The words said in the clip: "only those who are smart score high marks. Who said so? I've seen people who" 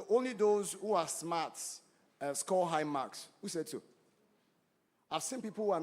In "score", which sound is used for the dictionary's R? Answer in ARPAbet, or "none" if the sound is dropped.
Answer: L